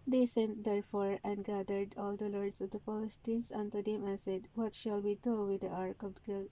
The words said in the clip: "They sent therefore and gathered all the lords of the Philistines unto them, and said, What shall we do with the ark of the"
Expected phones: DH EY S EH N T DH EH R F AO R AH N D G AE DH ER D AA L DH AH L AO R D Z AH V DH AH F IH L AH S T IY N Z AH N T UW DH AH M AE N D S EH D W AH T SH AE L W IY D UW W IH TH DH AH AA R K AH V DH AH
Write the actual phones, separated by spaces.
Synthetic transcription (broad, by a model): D EY S EH N T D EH R F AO R AH N D G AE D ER D AA L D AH L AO R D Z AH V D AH P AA L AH S T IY N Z AH N T UW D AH M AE N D S EH D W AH T SH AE L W IY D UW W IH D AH AA R K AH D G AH